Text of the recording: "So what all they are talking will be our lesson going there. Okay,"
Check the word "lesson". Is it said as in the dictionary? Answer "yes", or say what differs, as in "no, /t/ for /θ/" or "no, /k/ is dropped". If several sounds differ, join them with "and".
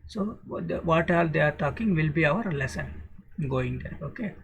yes